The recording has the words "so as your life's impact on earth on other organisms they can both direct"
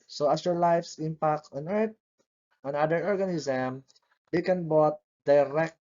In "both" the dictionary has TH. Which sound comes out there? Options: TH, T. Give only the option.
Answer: T